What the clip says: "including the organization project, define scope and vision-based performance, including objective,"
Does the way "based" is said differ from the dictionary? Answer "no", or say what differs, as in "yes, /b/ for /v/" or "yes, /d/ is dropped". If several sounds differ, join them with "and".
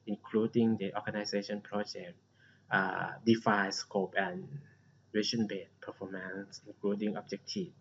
yes, /s/ is dropped